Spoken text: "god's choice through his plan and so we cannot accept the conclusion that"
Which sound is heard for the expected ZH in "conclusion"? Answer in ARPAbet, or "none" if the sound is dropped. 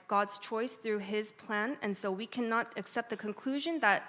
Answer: ZH